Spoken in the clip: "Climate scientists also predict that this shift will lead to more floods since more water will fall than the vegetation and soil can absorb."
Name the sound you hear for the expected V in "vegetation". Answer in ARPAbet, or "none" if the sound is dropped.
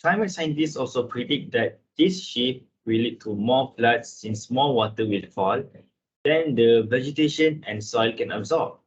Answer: V